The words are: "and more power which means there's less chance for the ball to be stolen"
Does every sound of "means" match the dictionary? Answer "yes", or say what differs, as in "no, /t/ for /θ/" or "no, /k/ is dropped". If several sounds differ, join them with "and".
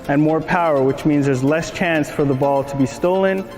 yes